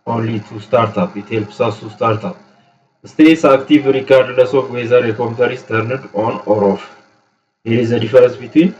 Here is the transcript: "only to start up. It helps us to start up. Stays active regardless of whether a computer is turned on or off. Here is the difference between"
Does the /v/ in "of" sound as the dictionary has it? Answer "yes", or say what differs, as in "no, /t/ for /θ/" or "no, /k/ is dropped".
no, /f/ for /v/